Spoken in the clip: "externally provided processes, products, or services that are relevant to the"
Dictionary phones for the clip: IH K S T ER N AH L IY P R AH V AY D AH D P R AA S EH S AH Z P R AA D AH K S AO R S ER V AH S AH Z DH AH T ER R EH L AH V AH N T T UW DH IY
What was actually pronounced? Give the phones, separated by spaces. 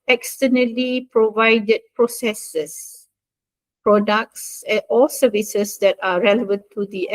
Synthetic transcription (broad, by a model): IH K S T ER N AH L IY P R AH V AY D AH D P R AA S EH S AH S P R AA D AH K S AO L S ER V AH S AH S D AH T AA R EH L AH V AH N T T UW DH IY